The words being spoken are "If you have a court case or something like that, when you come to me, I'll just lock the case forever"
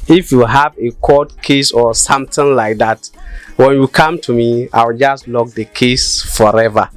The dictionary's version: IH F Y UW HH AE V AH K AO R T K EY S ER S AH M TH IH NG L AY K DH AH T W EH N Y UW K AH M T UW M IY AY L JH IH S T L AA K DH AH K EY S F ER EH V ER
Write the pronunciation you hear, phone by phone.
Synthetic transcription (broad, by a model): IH F Y UW HH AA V AH K AO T K EY S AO S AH M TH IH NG L AY K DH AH T W EH N Y UW K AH M T UW M IY AY W JH IH S T L AA K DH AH K EY S F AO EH V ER